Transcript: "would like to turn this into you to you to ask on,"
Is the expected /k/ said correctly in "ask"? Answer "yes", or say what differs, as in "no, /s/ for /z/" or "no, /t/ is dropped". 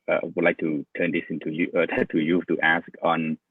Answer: yes